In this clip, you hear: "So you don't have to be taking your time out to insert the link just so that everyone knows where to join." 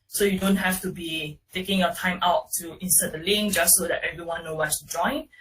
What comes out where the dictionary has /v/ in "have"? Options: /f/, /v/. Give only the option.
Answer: /f/